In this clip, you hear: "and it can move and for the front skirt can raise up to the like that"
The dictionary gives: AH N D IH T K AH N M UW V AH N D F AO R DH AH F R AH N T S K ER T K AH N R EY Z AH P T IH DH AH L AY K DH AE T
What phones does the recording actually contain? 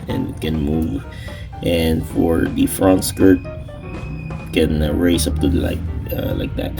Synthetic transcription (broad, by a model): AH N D IH T K AH N M UW V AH N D F AO R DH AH F R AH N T S K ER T K AH N R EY S AH P T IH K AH L AY K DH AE T